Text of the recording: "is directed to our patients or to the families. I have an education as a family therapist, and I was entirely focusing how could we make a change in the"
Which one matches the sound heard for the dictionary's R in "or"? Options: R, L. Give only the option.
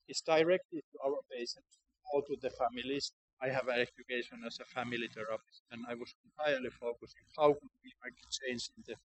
L